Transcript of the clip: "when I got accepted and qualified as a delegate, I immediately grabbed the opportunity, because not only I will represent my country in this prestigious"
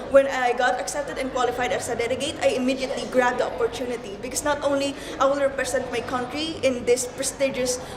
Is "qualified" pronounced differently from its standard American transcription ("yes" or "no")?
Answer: no